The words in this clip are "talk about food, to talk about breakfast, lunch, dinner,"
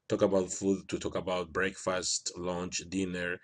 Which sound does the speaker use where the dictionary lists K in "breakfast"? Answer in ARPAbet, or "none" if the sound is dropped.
K